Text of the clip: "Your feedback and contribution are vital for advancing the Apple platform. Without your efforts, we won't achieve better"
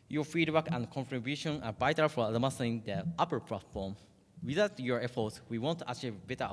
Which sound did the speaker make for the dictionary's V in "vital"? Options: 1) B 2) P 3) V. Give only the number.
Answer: 1